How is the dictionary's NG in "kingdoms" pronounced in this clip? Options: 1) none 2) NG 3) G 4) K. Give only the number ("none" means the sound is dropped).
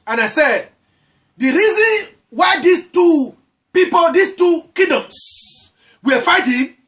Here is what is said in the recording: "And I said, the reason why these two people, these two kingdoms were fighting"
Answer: 1